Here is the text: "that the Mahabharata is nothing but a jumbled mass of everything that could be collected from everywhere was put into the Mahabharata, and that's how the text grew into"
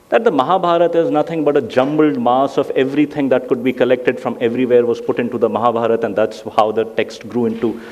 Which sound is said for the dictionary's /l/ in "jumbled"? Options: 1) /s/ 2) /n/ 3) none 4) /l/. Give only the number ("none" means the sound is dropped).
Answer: 4